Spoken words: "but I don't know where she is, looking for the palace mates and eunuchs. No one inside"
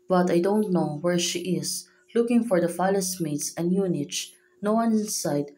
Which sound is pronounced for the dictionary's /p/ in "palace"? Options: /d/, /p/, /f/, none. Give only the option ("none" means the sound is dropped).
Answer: /f/